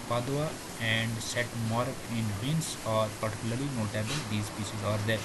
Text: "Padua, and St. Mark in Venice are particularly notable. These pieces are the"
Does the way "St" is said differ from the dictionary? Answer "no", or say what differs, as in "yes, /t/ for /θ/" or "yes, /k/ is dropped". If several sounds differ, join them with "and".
yes, /n/ is dropped